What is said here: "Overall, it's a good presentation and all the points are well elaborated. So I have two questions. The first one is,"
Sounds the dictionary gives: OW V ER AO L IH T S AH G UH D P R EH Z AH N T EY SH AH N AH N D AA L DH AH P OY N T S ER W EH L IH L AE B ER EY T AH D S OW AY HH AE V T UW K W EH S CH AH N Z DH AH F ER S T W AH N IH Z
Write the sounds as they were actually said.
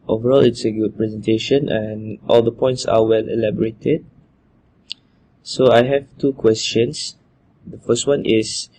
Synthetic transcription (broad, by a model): OW V ER AO L IH T S AH G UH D P R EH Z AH N T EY SH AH N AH N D AA L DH AH P OY N T S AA W EH L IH L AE B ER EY T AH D S OW AY HH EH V T UW K W EH S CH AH N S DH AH F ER S T W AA N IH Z